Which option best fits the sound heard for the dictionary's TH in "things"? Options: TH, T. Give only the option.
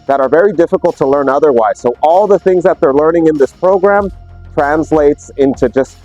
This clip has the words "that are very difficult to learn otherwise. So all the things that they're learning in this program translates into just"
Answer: TH